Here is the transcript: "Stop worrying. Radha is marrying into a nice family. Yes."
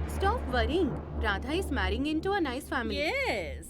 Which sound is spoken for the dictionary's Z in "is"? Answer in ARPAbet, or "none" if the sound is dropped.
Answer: S